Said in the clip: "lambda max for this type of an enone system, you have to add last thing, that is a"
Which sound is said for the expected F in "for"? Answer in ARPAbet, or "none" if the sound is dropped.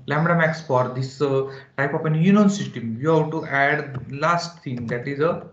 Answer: F